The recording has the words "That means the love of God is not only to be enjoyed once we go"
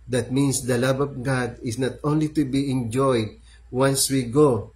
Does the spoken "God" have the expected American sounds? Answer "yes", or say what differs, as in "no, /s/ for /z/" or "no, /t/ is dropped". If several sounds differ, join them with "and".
yes